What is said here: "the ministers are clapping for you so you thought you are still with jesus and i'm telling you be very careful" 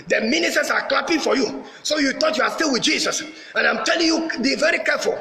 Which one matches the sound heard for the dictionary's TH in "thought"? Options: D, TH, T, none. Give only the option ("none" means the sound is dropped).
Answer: T